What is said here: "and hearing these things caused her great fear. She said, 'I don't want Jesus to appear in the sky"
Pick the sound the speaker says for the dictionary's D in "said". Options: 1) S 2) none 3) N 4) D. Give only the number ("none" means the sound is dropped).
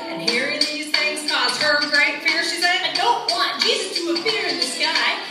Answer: 2